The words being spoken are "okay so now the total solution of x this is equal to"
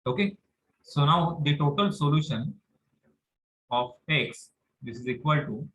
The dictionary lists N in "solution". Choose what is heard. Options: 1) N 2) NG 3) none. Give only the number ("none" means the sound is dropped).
1